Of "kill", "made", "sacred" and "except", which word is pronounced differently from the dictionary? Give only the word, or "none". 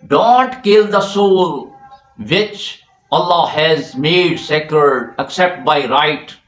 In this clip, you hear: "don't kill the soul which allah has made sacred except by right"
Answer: sacred